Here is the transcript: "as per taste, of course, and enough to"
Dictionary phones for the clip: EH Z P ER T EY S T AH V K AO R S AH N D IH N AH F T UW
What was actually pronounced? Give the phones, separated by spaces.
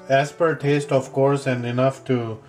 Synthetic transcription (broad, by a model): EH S P ER T EY S T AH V K AO R S AH N D IH N AH F T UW